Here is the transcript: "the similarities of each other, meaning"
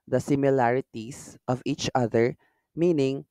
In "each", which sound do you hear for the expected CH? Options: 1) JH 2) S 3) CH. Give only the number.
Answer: 3